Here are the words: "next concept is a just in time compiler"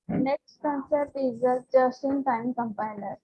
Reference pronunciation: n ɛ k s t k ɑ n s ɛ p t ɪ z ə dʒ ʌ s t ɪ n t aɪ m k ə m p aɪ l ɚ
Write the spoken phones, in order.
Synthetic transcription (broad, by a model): n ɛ k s t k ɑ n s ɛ t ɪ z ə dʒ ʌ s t ɪ n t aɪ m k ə m p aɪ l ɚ